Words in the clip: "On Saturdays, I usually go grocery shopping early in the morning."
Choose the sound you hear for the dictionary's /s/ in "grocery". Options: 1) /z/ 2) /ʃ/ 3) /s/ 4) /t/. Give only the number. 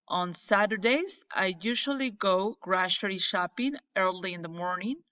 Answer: 2